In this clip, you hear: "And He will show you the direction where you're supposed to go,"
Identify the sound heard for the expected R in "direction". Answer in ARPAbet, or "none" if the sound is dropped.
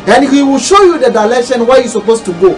L